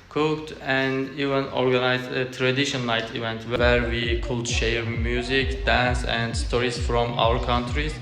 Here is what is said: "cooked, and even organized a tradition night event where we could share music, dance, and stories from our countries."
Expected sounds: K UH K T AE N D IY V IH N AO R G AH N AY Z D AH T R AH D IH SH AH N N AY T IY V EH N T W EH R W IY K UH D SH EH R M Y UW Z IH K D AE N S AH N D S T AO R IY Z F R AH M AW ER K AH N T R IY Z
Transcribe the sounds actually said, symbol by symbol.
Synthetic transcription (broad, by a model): K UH K T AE N D IY V IH N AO R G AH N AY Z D AH T R AH D IH SH AH N L AY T IY V EH N T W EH R W IY K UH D SH EH R M Y UW Z IH K D AE N S AH N D S T AO R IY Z F R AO M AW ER K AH N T R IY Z